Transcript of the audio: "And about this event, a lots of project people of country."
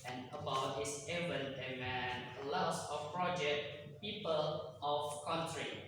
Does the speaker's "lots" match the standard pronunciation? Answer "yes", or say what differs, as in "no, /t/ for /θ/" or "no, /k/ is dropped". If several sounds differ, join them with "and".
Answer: no, /n/ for /l/